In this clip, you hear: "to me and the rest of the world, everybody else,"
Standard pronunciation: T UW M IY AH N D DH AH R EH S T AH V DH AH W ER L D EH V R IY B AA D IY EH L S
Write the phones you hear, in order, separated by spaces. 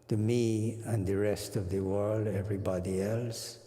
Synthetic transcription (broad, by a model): T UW M IY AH N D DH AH R EH S T AH V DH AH W ER L D EH V R IY B AA D IY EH L S